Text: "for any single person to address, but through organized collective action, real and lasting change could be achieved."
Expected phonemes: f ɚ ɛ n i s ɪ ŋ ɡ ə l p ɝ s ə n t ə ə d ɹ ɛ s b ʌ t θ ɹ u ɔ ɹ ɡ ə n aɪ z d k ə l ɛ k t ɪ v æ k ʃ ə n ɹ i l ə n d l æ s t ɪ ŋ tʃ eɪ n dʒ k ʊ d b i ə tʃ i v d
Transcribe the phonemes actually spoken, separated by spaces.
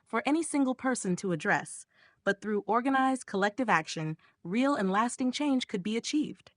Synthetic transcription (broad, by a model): f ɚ ɛ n i s ɪ ŋ ɡ l p ɝ s ə n t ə ə d ɹ ɛ s b ʌ t θ ɹ u ɔ ɹ ɡ ə n aɪ z d k ə l ɛ k t ɪ v æ k ʃ ə n ɹ i l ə n l æ s t ɪ ŋ tʃ eɪ n ʒ k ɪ d b i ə tʃ i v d